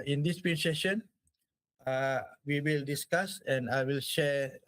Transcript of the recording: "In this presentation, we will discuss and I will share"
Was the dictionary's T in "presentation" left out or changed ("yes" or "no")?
yes